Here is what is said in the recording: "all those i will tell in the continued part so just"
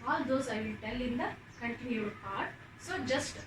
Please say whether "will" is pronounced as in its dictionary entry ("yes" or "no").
no